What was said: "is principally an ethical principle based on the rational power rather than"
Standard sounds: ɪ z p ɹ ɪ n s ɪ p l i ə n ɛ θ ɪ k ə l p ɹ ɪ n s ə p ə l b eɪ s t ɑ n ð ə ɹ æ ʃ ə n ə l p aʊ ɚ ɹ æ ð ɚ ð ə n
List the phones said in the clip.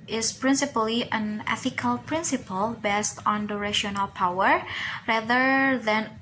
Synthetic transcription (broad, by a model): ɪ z p ɹ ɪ n s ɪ p l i ə n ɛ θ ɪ k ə l p ɹ ɪ n s ə p ə l b eɪ s t ɑ n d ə ɹ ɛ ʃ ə n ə l p aʊ ɚ ɹ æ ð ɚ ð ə n